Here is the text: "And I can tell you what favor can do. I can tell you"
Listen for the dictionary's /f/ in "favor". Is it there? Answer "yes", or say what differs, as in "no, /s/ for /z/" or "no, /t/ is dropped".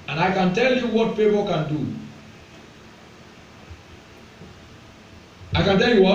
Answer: no, /p/ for /f/